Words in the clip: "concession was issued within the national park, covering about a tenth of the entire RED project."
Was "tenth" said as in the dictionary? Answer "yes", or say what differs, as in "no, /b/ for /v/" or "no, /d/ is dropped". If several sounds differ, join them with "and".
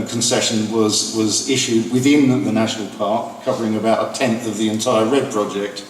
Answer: yes